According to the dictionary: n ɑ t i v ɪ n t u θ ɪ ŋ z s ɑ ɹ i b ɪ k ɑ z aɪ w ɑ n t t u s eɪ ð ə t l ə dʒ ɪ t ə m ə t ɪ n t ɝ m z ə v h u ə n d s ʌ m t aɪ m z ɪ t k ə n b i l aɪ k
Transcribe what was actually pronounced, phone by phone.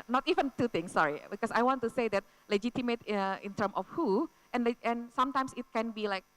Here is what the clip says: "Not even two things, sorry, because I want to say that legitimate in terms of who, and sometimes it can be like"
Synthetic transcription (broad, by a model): n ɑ t i v ɪ n t u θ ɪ ŋ s ɑ ɹ i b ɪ k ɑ s aɪ w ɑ n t t u s eɪ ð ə t l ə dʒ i t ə m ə t ɪ n t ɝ m ə f h u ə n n s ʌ m t aɪ m s ɪ t k ə n b i l aɪ k